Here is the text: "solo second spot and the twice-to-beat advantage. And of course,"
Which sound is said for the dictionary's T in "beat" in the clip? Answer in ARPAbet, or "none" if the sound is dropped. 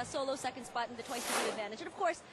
none